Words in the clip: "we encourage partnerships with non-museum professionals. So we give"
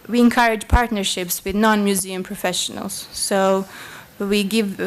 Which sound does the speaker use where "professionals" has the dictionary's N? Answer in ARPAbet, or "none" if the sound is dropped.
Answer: N